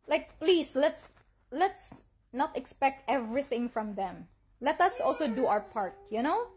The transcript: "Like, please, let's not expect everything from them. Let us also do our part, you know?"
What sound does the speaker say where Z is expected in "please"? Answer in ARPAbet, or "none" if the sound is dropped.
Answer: S